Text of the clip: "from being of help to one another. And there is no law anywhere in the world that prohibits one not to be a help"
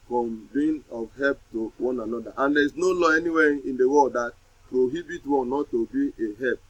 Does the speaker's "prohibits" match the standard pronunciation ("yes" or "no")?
no